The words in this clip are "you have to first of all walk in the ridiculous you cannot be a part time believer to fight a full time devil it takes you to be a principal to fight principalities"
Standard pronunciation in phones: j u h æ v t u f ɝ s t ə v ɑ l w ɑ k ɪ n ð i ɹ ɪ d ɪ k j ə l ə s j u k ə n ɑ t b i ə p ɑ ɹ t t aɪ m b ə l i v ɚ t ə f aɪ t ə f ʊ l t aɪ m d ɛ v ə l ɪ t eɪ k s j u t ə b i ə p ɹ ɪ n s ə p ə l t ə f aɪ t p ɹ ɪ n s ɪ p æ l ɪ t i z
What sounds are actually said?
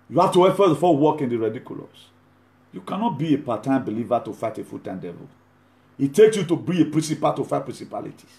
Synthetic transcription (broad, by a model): j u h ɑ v t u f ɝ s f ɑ w ɑ k ɪ n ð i ɹ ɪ d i k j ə l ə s j u k ə n ɑ t b i ə p ɑ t t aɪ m b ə l i v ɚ t ə f aɪ t ə f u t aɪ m d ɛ v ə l ɪ t eɪ k s j u t ə b i ə p ɹ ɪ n s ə p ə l t ə f aɪ p ɹ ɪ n s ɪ p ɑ l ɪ t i